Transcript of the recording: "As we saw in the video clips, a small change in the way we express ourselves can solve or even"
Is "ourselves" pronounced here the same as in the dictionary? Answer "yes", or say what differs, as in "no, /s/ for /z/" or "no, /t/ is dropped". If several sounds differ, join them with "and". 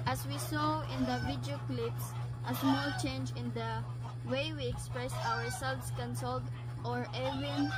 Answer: no, /s/ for /z/